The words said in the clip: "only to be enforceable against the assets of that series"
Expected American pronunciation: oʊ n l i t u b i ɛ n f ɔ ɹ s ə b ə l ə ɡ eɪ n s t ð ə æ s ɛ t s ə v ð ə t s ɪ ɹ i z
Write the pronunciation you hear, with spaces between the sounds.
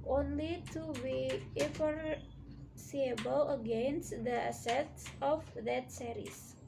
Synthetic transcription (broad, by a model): oʊ n l i t u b i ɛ f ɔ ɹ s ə b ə l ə ɡ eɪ n s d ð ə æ s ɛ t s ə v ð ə t s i ɹ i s